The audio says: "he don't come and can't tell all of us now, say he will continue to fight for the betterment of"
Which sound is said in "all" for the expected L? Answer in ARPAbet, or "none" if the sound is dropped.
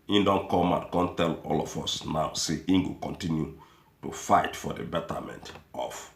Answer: L